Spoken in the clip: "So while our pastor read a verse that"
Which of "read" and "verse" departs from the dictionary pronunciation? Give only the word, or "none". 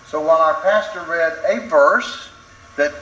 none